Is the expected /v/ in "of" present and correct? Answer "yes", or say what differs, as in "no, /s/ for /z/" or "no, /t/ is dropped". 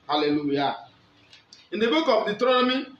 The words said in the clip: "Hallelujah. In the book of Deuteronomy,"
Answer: no, /p/ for /v/